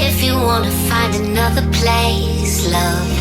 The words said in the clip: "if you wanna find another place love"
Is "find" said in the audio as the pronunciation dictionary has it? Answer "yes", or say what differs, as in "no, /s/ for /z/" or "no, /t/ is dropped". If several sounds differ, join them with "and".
yes